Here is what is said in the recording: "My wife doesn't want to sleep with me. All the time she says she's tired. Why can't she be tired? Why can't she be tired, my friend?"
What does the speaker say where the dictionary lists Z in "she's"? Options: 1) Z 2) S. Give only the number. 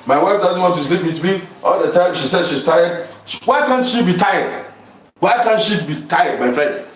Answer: 2